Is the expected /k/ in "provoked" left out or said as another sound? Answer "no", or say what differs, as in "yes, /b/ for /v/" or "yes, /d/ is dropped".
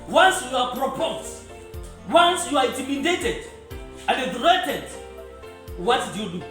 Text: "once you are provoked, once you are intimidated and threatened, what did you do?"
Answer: yes, /k/ is dropped